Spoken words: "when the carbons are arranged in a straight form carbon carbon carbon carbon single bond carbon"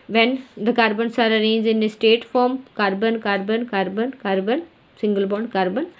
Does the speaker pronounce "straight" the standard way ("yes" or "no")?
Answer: no